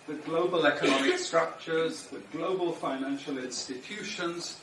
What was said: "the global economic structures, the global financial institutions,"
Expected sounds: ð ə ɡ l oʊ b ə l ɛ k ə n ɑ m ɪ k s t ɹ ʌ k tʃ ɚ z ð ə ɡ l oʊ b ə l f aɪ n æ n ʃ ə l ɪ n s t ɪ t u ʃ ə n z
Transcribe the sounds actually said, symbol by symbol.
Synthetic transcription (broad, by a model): ð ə ɡ l oʊ b ə l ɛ k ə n ɑ m ɪ k s t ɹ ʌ k tʃ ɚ z ð ə ɡ l oʊ b ə l f aɪ n æ n ʃ ə l ɪ n s t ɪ t u ʃ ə n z